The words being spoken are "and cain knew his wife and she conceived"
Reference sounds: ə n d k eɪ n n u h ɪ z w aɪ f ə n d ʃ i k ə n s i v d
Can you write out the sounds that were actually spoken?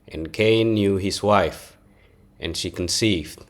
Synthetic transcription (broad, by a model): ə n k eɪ n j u h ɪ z w aɪ f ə n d ʃ i k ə n s i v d